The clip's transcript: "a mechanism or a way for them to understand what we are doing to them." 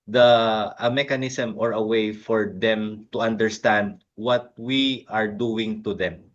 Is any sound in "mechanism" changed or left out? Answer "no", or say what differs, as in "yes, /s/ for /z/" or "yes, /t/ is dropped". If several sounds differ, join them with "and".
yes, /s/ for /z/